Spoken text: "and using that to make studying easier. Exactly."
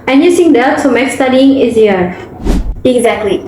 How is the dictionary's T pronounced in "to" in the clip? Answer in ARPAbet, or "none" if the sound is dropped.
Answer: S